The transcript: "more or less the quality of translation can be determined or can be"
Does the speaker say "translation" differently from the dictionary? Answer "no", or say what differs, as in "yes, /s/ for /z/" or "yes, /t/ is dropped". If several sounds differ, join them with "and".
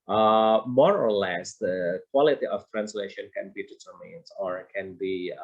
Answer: no